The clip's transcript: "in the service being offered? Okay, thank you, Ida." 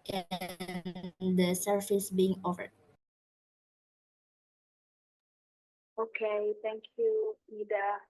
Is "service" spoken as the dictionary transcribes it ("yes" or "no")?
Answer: no